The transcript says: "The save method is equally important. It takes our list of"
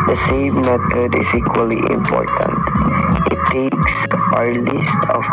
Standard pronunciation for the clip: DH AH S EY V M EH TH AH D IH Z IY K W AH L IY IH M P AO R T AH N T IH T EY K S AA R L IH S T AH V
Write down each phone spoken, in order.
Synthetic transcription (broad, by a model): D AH S EY M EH T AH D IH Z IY K W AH L IY IH M P AO R T AH N T IH T EY K S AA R L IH S T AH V